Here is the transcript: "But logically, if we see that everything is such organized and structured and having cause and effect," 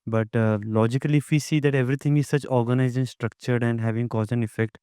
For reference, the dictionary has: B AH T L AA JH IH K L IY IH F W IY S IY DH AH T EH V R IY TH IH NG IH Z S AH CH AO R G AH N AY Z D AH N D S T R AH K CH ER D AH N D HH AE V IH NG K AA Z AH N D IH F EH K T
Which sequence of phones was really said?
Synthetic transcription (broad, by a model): B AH T L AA JH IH K L IY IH F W IY S IY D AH T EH V R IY T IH NG IH Z S AH CH AO R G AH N AY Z AH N S T R AH K CH ER D AH N D HH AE V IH NG K AA Z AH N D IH F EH K T